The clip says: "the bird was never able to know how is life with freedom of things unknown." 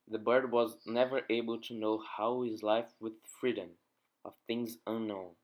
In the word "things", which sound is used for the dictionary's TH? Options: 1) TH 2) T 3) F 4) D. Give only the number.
1